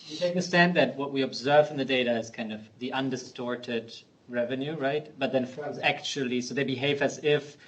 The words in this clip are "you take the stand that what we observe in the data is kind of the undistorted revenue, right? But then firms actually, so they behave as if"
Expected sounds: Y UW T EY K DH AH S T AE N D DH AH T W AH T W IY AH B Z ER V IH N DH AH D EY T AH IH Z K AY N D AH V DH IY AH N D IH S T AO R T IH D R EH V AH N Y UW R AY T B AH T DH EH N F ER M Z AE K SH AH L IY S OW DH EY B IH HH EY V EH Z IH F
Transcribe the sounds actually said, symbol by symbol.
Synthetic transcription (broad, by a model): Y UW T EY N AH S T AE N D DH AH T W AH T W IY AH B Z ER V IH N DH AH D EY T AH IH Z K AY N D AH V DH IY AH N D IH S T AO R T IH D R EH V AH N Y UW R AY T B AH T DH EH N F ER Z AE K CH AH L IY S OW DH EY B IH HH EY V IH Z IH F